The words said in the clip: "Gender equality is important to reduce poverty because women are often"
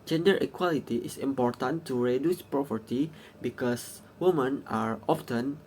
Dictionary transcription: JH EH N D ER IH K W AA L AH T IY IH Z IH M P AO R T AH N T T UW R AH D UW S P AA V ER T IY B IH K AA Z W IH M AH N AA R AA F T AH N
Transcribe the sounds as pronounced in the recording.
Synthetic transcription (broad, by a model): JH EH N D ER IH K W AA L AH T IY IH S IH M P AO R T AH N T T UW R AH D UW S P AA P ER T IY B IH K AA S W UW M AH N AA R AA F T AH N